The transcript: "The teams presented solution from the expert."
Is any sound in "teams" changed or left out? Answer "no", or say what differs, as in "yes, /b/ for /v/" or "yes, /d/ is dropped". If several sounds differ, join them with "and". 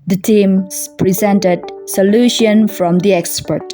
yes, /z/ is dropped